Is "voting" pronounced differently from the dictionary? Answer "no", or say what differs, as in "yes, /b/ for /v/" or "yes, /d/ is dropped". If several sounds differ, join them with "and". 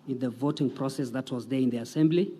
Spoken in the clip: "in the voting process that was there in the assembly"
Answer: no